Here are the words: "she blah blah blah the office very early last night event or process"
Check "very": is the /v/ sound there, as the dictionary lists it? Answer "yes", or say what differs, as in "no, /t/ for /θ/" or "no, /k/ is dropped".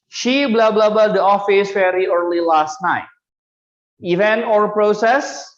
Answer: no, /f/ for /v/